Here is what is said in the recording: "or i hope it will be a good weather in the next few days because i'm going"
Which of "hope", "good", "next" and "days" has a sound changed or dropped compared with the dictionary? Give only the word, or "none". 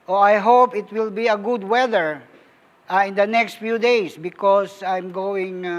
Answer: days